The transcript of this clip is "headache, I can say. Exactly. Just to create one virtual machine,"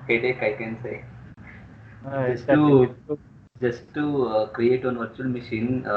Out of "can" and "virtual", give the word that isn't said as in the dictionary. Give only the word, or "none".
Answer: none